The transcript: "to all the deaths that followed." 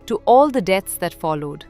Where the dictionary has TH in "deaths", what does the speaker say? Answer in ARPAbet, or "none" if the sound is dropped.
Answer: T